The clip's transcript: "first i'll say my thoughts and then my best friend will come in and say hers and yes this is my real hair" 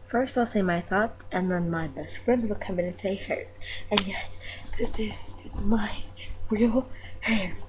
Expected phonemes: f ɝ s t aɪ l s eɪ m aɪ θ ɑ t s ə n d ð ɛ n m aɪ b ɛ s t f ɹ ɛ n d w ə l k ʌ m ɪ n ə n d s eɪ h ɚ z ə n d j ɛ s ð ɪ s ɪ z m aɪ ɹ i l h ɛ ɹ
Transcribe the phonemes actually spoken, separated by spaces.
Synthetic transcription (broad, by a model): f ɝ s t aɪ l s eɪ m aɪ θ ɑ t ə n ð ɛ n m aɪ b ɛ s t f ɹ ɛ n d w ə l k ʌ m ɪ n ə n s eɪ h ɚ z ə n j ɛ s ð ɪ s ɪ z m aɪ ɹ i l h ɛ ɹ